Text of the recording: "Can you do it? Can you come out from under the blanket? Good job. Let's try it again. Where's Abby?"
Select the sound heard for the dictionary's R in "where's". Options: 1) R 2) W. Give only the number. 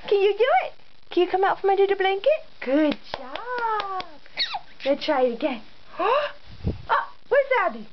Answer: 2